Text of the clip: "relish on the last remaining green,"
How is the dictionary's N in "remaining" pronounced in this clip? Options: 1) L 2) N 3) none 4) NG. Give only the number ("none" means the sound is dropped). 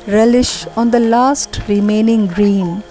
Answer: 2